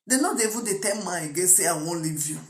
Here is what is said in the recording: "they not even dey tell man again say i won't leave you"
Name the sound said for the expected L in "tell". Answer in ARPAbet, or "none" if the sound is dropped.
N